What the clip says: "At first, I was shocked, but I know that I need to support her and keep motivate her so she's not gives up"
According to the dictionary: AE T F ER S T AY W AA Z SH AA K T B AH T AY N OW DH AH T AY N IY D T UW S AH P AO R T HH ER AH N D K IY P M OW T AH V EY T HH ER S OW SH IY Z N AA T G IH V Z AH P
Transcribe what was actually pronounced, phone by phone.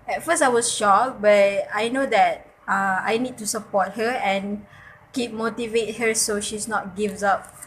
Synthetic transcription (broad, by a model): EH T F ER S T AY W AA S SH AA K B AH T AY N OW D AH T AY N IY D T UW S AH P AO T HH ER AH N K IY P M OW T AH V EY T HH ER S OW SH IY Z N AA T G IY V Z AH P